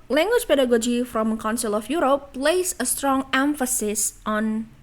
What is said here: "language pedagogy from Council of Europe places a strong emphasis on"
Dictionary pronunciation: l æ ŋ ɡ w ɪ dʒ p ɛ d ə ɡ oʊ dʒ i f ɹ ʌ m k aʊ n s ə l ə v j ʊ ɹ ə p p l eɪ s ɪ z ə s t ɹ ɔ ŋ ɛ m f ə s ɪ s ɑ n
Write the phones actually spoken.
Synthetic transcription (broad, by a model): l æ ŋ ɡ w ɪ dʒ p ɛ d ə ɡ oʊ dʒ i f ɹ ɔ m k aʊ n s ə l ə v j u ɹ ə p p l eɪ ɪ s ə s t ɹ ɔ ŋ ɛ m f ə s ɪ s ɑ n